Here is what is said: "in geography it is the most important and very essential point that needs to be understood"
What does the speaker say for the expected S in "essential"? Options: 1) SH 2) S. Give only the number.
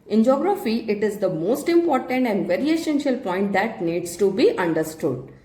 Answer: 1